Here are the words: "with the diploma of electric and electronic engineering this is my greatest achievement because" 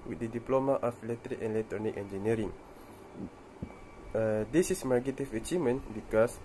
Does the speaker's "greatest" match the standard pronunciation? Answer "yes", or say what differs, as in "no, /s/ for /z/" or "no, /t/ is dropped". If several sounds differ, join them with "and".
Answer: no, /ɹ/ is dropped